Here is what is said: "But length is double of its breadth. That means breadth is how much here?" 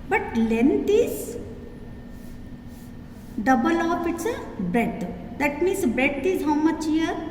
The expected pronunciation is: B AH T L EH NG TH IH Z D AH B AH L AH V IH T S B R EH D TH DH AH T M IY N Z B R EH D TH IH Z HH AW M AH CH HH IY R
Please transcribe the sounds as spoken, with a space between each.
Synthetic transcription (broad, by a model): B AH T L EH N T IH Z D AH B AH L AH P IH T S B R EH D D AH T M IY N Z B R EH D T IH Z HH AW M AH CH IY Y